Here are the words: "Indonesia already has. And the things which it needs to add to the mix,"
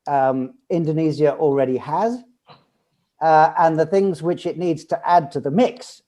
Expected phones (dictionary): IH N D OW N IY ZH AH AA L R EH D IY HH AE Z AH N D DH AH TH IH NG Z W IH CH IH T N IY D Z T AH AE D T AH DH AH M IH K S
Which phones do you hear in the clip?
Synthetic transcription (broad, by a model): IH N D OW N IY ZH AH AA L R EH D IY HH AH Z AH N DH AH TH IH NG Z W IH CH IH T N IY D Z T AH AE D T AH DH AH M IH K S